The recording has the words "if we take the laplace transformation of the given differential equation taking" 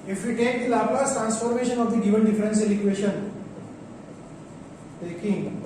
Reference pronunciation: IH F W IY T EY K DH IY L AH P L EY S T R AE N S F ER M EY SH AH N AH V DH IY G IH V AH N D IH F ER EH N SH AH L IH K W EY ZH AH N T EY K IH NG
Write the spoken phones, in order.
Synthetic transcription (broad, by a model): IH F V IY T EY K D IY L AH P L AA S T R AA N S F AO M EY SH AH N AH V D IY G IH V AH N D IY F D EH N S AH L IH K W EY SH AH N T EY K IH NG